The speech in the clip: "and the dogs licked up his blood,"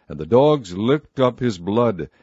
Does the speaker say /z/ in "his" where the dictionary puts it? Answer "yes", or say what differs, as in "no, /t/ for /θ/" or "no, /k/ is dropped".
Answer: yes